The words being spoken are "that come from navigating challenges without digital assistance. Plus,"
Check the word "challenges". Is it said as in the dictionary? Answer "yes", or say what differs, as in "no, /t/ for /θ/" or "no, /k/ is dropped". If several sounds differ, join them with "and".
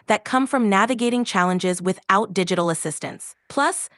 yes